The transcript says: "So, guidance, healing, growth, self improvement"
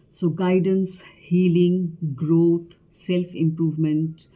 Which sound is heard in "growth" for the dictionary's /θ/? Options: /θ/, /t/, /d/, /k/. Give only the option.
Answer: /t/